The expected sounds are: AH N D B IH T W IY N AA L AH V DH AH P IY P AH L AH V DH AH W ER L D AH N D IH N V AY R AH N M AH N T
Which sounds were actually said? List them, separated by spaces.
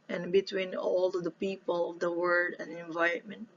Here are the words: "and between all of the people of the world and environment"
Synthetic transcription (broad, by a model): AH N B IH T W IY N AA L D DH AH P IY P AH L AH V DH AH W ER D AH N D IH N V AY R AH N M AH N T